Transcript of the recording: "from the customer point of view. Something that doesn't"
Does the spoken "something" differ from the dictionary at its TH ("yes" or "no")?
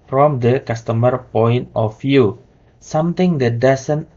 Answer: yes